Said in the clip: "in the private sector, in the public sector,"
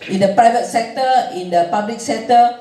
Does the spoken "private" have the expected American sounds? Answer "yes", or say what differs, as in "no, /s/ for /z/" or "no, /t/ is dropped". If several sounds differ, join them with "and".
yes